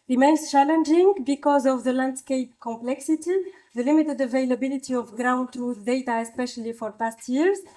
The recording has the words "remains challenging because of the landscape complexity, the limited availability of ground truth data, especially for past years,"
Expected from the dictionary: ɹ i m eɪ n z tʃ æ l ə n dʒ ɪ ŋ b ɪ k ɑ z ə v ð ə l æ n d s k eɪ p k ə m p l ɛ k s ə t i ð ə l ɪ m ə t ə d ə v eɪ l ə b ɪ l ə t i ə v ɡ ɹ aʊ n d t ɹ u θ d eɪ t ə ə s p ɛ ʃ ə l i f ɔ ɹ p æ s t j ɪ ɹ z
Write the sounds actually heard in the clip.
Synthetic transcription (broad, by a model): ɹ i m eɪ n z tʃ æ l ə n dʒ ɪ ŋ b ɪ k ɑ z ə v ð ə l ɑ n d s k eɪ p k ə m p l ɛ k s ə t i ð ə l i m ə t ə d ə v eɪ l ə b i l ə t i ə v ɡ ɹ aʊ n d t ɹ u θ d eɪ t ə ə s p ɛ ʃ ə l i f ɔ ɹ p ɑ s t j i ɹ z